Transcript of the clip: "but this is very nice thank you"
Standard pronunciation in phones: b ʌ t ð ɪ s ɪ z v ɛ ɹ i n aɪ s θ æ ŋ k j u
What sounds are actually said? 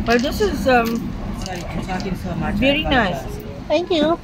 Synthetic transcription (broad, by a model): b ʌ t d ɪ s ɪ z v ɛ ɹ i n aɪ s t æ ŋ k j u